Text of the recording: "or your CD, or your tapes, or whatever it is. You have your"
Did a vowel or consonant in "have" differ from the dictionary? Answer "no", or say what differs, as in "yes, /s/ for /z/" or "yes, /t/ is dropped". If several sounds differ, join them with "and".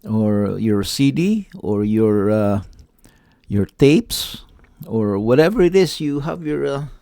no